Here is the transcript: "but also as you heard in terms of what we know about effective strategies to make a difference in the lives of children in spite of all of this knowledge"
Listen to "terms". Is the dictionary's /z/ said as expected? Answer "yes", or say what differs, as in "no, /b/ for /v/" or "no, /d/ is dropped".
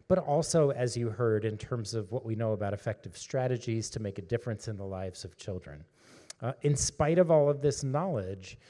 yes